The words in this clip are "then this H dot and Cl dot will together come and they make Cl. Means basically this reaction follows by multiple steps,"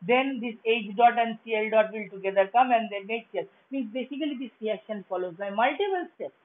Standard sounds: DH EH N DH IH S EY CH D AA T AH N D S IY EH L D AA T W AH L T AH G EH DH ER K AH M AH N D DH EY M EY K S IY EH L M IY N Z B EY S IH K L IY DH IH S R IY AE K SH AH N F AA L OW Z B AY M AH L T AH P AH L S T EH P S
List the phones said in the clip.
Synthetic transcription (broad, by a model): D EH N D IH S EY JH D AA T AH N D S IY EH L D AA T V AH L T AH G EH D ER K AH M AH N D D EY M EY K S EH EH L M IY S B EY S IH K L IY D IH S R IY AE K SH AH N F AA L OW Z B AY M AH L T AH B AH L S T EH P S